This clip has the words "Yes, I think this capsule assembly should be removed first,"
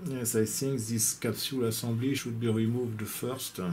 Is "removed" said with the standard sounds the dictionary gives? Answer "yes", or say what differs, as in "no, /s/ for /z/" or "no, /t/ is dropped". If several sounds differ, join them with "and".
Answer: yes